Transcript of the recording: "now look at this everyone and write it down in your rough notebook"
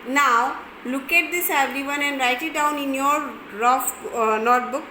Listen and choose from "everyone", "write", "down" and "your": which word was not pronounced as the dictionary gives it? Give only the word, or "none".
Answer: none